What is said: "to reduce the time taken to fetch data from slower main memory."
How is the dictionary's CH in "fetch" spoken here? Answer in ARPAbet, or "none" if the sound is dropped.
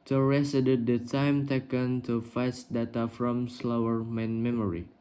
S